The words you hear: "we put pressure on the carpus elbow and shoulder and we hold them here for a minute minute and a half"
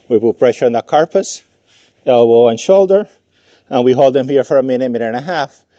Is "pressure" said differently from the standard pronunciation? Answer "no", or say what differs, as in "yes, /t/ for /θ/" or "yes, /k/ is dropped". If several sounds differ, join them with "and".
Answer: no